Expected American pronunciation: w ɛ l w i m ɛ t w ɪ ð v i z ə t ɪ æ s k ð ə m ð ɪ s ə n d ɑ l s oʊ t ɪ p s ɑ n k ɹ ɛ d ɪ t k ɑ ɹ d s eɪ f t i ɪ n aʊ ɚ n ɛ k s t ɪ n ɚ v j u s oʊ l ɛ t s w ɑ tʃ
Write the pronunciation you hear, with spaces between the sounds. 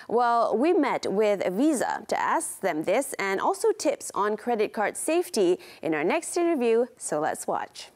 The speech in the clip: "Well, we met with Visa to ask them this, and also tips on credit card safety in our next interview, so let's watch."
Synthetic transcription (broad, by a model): w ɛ l w i m ɛ t w ɪ ð v i z ə t ɪ æ s k ð ə m ð ɪ s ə n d ɑ l s oʊ t ɪ p s n k ɹ ɛ d ɪ t k ɑ ɹ d s eɪ f t i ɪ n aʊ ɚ n ɛ k s t ɪ n ɚ v j u s oʊ l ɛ t s w ɑ tʃ